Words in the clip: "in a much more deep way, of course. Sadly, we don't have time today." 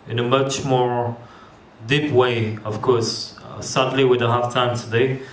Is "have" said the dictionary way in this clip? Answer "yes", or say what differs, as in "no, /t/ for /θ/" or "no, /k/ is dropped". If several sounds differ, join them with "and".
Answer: no, /f/ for /v/